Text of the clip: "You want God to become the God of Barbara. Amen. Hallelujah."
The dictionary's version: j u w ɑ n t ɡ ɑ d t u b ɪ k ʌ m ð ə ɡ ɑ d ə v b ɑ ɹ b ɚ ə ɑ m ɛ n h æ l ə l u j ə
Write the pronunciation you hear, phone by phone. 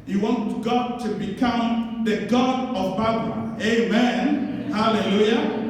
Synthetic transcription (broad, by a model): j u w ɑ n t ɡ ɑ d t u b ɪ k ʌ m ð ə ɡ ɑ d ə v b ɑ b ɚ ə ɑ m ɛ n h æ l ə l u j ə